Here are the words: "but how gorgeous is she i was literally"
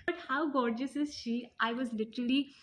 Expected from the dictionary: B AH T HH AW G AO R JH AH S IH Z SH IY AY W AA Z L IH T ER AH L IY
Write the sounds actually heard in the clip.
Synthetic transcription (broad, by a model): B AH T HH AW G AO R JH AH S IH Z SH IY AY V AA Z L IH T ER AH L IY